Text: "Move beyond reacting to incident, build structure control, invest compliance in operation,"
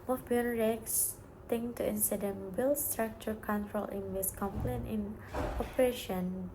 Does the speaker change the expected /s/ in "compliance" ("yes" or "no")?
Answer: yes